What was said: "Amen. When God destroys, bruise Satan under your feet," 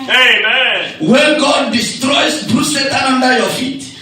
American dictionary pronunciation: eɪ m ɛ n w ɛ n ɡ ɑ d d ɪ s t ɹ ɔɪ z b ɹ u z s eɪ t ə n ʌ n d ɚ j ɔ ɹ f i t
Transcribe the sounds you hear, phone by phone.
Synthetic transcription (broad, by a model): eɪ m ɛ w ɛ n ɡ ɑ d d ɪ s t ɹ ɔɪ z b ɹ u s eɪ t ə ʌ n d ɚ j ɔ f i t